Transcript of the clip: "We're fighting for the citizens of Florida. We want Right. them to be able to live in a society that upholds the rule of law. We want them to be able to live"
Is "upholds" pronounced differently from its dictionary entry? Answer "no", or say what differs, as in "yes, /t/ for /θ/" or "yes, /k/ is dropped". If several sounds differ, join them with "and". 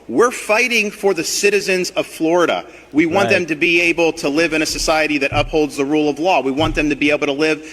no